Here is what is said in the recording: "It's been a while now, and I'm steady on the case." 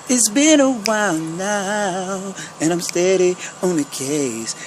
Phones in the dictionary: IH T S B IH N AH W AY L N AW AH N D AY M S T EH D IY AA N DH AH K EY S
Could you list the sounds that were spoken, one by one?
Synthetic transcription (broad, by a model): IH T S B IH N AH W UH N N AW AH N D AY M S T EH D IY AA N DH AH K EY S